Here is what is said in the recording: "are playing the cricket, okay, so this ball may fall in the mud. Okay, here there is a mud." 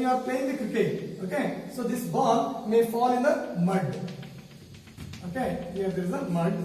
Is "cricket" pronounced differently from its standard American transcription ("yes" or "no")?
yes